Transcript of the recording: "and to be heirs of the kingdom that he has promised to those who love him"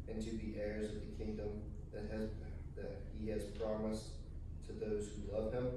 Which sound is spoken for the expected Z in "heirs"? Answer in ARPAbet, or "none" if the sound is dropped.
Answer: Z